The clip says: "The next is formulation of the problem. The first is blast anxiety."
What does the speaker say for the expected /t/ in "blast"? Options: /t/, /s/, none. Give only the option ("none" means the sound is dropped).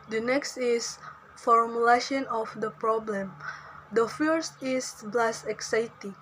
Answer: none